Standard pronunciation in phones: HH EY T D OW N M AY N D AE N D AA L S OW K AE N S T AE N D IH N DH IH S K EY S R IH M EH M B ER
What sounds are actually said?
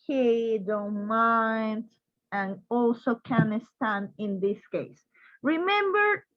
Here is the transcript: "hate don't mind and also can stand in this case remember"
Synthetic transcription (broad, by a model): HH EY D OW M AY N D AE N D AA L S OW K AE N S T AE N IH N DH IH S K EY S R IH M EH M B ER